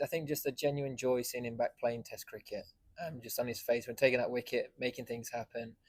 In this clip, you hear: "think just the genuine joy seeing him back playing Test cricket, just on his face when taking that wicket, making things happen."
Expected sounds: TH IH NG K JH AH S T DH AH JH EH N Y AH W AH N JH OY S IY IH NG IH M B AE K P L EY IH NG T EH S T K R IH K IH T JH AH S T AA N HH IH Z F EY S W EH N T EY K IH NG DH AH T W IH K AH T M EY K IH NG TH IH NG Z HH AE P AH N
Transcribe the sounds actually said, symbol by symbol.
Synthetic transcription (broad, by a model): TH IH NG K JH AH S T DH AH JH EH N Y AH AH N JH OY S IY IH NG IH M B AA K P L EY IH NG T EH S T K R IH K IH T JH AH S T N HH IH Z F EY S W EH N T EY K IH NG DH AH T W IH K AH T M EY K IH NG TH IH NG Z HH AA P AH N